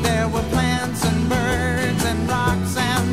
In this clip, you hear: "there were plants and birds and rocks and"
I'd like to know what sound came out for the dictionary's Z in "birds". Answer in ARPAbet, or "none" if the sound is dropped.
Z